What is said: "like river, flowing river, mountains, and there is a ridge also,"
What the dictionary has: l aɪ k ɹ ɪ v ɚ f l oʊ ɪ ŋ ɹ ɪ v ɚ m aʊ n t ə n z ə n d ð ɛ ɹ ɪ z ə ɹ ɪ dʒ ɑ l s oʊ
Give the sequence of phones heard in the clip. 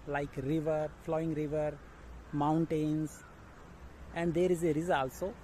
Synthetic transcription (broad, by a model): l aɪ k ɹ ɪ v ɚ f l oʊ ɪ ŋ ɹ ɪ v ɚ m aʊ n t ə n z ə n d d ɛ ɹ ɪ z ə ɹ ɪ z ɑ l s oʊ